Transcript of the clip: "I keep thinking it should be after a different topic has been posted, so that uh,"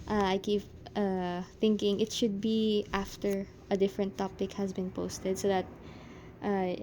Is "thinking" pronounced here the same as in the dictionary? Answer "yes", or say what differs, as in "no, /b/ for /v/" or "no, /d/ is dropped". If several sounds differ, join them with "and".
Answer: yes